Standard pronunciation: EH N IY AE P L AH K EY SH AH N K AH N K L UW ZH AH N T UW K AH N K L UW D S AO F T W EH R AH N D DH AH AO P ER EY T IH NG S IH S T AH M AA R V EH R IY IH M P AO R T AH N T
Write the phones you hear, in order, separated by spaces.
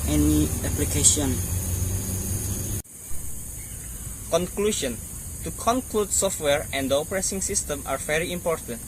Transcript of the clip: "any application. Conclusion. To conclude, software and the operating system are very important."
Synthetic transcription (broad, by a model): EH N IY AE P L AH K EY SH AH N K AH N K L UW SH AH N T UW K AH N K L UW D S AO F T W EH R AH N D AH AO P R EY S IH NG S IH S T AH M AA R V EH R IY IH M P AO R T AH N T